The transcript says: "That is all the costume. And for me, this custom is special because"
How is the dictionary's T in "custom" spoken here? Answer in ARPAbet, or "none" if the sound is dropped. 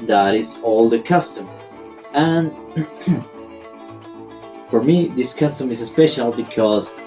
T